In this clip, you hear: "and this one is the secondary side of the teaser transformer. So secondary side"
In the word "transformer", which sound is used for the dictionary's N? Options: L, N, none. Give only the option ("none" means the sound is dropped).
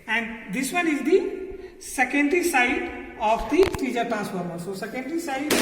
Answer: none